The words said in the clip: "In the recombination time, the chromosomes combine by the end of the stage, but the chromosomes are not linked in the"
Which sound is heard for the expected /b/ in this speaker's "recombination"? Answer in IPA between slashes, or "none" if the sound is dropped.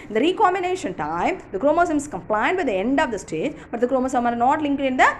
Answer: none